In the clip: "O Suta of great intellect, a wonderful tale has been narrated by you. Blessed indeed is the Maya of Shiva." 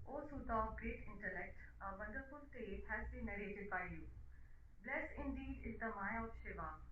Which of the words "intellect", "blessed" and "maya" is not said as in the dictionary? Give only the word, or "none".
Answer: blessed